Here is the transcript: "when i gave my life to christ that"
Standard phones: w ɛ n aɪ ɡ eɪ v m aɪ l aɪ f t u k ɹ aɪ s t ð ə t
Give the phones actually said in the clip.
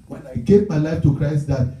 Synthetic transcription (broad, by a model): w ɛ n aɪ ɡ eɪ p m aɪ l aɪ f t u k ɹ aɪ s t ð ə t